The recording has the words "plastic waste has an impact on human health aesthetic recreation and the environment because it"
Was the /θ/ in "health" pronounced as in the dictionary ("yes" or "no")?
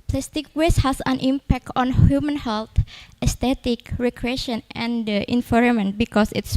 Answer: no